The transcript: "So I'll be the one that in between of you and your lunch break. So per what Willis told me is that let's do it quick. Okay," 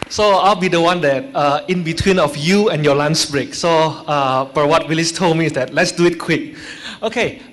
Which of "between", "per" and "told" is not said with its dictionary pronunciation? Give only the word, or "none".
per